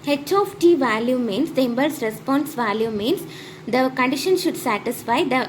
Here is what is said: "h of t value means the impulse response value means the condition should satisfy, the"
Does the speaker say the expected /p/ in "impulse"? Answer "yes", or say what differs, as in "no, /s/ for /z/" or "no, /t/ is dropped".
no, /b/ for /p/